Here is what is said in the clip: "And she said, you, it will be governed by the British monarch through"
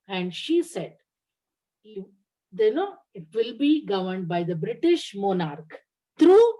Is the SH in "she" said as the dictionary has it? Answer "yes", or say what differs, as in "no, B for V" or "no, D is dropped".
yes